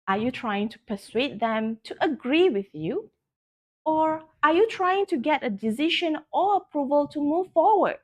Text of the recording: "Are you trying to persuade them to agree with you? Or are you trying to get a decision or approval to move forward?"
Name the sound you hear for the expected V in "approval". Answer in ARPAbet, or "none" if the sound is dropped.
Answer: V